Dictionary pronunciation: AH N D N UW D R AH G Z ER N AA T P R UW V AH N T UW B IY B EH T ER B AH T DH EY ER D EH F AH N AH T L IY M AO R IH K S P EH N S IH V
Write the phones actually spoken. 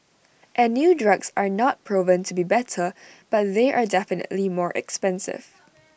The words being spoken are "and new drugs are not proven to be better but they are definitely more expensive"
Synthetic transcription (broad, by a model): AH N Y UW D R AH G S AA N AA T P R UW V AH N T UW B IY B EH T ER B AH T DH EY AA D EH F AH N AH T L IY M AO R IH K S P EH N S IH V